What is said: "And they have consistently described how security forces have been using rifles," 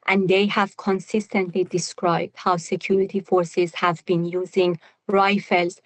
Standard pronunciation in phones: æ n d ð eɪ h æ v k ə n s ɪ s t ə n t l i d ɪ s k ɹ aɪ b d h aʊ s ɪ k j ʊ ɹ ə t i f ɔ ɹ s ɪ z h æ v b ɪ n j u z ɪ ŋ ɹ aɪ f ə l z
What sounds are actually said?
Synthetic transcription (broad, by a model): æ n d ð eɪ h æ v k ə n s ɪ s t ə n t l i d ɪ s k ɹ aɪ b d h aʊ s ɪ k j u ɹ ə t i f ɔ ɹ s ɪ z h æ v b ɪ n j u z ɪ ŋ ɹ aɪ f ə l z